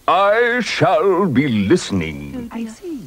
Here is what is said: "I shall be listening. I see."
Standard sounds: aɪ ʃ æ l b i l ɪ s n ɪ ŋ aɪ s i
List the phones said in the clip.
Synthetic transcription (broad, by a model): aɪ ʃ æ l b i l ɪ s n ɪ ŋ